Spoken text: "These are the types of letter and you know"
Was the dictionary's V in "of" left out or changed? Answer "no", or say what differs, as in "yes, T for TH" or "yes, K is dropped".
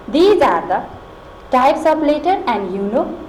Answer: yes, P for V